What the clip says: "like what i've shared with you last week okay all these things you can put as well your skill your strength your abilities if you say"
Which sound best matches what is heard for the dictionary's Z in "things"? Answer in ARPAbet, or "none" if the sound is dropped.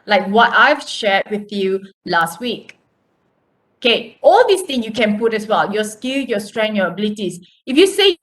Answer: none